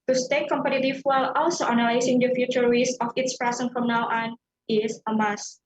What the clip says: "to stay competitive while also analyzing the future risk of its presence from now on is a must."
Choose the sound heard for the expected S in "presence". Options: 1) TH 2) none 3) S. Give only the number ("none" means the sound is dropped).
2